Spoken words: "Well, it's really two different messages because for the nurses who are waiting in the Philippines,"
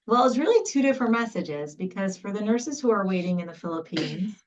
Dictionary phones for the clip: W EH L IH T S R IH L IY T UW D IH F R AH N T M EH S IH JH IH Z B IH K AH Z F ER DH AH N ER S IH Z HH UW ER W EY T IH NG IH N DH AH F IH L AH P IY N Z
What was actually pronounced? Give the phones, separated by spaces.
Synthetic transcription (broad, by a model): W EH L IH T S R IH L IY T UW D IH F R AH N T M EH S IH JH IH Z B IH K AH Z F ER DH AH N ER S IH Z HH UW ER W EY T IH NG IH N DH AH F IH L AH P IY N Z